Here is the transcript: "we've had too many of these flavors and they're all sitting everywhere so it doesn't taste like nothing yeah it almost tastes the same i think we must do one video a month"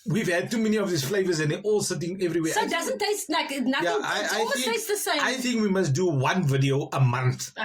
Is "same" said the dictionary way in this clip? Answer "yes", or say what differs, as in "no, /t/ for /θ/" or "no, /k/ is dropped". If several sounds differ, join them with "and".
no, /m/ is dropped